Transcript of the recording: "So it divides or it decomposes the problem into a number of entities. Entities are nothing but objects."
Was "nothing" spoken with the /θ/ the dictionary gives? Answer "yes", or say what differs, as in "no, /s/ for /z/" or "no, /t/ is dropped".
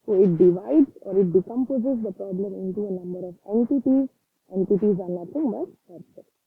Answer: no, /t/ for /θ/